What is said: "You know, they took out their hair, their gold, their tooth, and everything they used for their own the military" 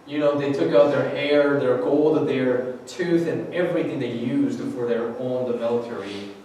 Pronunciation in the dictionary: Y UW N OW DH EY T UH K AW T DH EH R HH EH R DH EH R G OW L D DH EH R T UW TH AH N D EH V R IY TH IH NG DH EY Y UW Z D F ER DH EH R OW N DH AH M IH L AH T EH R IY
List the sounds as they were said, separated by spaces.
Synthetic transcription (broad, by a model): Y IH N OW DH EY T UH K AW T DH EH R HH EH R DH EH R G OW L D DH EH R T UW TH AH N EH V R IY TH IH NG DH EY Y UW Z D F ER DH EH R OW N DH AH M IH L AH T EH R IY